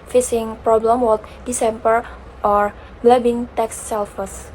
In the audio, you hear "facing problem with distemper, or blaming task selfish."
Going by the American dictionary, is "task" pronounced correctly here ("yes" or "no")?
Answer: no